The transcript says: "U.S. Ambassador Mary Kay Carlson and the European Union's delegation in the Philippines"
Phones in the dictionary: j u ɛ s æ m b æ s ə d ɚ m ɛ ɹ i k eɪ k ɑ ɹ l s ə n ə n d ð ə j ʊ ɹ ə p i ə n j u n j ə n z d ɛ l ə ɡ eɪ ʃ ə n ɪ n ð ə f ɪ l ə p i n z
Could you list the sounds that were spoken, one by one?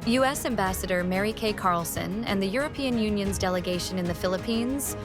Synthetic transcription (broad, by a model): j u ɛ s æ m b æ s ə d ɚ m ɛ ɹ i k eɪ k ɑ ɹ l s ə n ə n ð ə j ʊ ɹ ə p i ə n j u n j ə n z d ɛ l ə ɡ eɪ ʃ ə n ɪ n ð ə f ɪ l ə p i n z